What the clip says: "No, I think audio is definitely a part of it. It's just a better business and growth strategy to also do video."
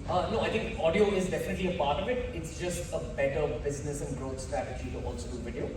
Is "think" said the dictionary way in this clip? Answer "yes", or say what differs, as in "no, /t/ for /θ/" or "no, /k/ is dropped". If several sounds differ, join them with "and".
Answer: no, /t/ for /θ/